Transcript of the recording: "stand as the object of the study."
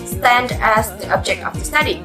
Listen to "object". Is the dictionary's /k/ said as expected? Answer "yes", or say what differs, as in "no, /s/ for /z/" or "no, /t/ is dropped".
yes